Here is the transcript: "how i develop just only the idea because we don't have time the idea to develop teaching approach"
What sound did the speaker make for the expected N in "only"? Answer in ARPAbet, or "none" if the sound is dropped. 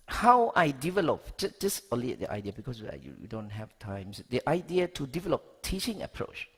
none